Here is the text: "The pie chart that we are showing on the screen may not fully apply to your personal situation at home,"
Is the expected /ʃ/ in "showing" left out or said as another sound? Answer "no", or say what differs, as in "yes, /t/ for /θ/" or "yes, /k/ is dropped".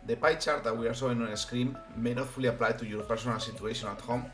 yes, /s/ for /ʃ/